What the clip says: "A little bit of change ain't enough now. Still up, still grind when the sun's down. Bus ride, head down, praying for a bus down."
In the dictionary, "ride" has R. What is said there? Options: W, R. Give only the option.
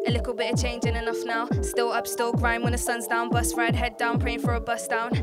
R